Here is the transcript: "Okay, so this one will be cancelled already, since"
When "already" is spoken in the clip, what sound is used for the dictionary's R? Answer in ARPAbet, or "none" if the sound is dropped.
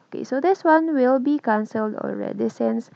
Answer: R